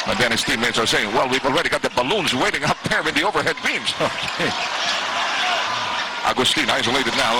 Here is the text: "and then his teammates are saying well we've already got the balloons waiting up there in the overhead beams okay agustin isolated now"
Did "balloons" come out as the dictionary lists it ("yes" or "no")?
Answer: yes